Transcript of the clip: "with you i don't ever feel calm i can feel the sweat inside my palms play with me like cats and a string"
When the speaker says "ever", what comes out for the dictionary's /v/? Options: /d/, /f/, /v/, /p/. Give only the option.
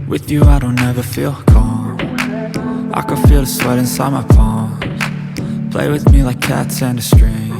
/v/